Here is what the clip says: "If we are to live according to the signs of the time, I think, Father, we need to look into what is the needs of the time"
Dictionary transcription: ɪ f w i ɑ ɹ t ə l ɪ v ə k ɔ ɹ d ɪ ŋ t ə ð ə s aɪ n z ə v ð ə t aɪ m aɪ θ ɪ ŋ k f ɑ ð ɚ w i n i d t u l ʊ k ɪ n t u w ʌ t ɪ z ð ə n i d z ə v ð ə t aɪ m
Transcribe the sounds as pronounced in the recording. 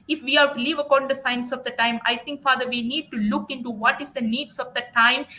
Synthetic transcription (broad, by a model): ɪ f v i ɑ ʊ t l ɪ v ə k ɔ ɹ d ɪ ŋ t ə s aɪ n s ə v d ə t aɪ m aɪ t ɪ ŋ k f ɑ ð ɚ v i n i d t u l ʊ k ɪ n t u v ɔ t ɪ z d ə n i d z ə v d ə t aɪ m